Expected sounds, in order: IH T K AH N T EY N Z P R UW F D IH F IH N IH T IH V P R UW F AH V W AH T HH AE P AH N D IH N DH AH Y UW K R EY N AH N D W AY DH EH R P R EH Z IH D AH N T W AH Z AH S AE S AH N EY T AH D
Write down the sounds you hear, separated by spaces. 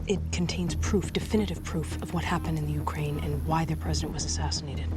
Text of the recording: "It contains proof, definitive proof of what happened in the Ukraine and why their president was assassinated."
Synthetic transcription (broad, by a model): IH T K N T EY N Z P R UW F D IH F IH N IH T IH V P R UW F AH V W AH T HH AE P AH N D IH N DH AH Y UW K R EY N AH N W AY DH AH R P R EH Z IH D AH N T W AH Z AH S AE S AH N EY T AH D